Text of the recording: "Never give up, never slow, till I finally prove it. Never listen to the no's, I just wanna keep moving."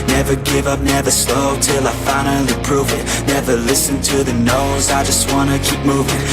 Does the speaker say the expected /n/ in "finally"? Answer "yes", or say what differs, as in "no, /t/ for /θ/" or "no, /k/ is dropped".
no, /n/ is dropped